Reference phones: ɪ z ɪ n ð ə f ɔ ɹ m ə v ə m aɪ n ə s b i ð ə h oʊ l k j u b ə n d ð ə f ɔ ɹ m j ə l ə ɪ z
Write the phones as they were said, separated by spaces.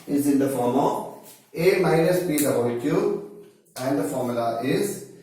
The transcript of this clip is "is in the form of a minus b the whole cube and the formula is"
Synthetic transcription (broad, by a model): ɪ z ɪ n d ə f ɔ ɹ m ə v ə m aɪ n ə s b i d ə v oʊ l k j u ə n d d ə f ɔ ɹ m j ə l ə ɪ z